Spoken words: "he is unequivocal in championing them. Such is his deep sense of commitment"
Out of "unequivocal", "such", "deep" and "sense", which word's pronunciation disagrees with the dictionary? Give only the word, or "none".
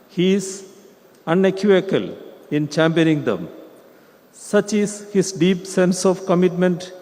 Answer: unequivocal